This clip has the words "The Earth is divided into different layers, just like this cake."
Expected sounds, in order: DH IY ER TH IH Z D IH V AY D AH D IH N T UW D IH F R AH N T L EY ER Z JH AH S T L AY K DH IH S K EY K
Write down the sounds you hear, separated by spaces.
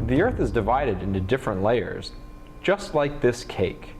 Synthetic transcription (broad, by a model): DH IY ER TH IH Z D IH V AY D AH D IH N T UW D IH F R AH N T L EY ER Z JH AH S T L AY K DH IH S K EY K